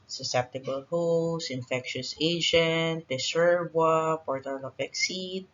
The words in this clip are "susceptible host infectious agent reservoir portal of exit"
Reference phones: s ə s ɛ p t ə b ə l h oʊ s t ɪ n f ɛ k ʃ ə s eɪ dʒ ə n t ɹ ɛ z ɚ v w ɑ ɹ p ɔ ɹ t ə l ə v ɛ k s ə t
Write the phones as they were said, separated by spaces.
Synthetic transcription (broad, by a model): s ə s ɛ p t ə b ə l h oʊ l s ɪ n f ɛ k ʃ ə s eɪ dʒ ə n t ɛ s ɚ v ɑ p ɔ ɹ t ə l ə p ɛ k s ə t